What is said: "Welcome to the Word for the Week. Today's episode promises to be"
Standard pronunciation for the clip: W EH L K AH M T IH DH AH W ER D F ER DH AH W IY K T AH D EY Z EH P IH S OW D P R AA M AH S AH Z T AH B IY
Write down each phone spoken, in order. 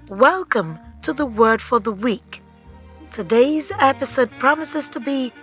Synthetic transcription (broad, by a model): W EH L K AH M T IH DH AH W ER D F ER DH AH W IY K T AH D EY Z EH P IH S OW D P R AA M AH S AH Z T AH B IY